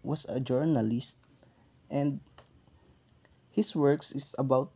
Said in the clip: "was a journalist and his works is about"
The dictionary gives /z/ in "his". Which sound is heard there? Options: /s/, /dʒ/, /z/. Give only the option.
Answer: /s/